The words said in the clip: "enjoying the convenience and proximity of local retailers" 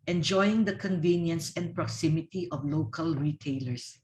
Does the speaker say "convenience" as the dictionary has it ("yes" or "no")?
yes